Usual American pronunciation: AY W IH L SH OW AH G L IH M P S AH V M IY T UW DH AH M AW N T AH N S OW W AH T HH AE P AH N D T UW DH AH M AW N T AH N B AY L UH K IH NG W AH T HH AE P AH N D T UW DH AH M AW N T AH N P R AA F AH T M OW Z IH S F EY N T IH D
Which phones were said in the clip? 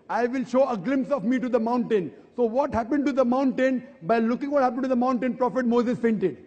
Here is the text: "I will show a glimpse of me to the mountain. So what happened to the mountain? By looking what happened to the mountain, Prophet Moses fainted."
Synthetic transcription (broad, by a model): AY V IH L SH OW AH G L IH M P S AH V M IY T UW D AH M AW N T AH N S OW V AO T HH AE P AH N D T UW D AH M AW N T AH N B AY L UH K IH NG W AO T HH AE P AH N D T UW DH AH M AW N T AH N P R AA F AH T M OW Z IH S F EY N T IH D